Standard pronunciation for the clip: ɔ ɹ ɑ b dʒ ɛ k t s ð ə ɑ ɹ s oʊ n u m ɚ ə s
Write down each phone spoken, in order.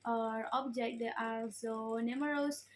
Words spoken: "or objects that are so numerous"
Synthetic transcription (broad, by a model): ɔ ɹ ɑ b dʒ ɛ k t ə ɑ l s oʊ n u m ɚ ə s